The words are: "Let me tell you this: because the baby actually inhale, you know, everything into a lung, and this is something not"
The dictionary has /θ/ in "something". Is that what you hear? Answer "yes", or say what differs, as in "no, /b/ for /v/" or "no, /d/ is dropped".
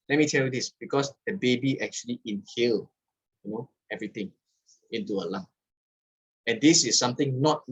no, /t/ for /θ/